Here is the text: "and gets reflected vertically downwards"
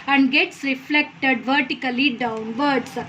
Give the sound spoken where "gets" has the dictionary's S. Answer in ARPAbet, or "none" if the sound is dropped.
S